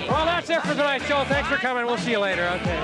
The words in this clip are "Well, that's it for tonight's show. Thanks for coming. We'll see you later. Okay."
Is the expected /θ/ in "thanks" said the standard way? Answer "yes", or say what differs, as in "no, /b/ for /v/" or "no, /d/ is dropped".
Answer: yes